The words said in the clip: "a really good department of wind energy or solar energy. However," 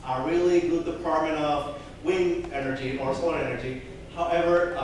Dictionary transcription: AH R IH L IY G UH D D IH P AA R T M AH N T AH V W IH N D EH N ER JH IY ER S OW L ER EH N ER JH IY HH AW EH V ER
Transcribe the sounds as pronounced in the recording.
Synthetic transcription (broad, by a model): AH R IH L IY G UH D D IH P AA R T M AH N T AH V W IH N EH N ER JH IY ER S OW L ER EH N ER JH IY HH AW EH V ER